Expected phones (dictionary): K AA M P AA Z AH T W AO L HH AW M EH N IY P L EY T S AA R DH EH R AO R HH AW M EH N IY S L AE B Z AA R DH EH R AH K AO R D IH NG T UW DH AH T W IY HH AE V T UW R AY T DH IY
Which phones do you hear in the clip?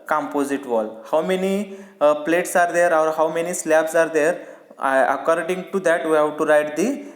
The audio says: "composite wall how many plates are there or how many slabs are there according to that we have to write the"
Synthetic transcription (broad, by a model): K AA M P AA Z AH T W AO L HH AW M EH N IY P L EY T S AA R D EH R AO R HH AW M EH N IY S L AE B S AA R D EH R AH K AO R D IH NG T UW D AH T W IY HH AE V T UW R AY T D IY